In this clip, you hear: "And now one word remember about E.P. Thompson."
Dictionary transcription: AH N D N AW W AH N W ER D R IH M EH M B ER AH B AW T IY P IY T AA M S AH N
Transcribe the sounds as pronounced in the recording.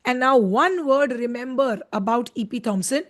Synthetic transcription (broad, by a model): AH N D N AW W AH N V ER D R IH M EH M B ER AH B AW T IY P IY T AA M S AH N